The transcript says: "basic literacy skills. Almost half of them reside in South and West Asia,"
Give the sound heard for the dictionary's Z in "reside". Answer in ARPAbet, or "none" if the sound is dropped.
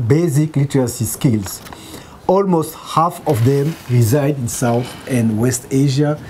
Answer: Z